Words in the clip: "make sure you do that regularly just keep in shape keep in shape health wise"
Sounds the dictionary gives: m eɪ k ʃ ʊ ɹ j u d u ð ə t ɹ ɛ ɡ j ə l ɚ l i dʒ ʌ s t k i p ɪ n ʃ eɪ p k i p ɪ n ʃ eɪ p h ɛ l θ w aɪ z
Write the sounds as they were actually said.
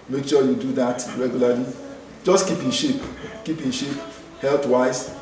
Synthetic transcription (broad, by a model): m eɪ k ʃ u j u d u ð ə t ɹ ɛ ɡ j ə l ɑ l i dʒ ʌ s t k i p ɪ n ʃ eɪ p k i p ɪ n ʃ eɪ p h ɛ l t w aɪ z